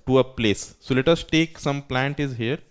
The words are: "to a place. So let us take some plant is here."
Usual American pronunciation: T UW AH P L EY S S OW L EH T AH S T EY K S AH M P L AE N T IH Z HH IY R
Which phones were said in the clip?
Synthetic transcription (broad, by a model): T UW AH P L EY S S OW L EH T AH S T EY K S AH M P L AE N T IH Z HH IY R